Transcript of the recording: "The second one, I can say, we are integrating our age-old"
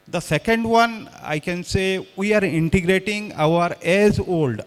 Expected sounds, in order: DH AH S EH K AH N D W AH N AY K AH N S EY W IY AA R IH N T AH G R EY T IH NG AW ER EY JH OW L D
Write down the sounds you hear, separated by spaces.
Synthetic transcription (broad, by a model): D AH S EH K AH N D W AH N AY K AH N S EY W IY AA R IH N T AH G R EY T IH NG AW ER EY Z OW L D